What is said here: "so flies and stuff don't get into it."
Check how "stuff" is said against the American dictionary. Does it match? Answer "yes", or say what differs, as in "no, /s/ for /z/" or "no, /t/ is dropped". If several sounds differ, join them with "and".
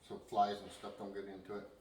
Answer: no, /p/ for /f/